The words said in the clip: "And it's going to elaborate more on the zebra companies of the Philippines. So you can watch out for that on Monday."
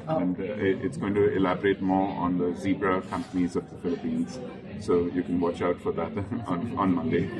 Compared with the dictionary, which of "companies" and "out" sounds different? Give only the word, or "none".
none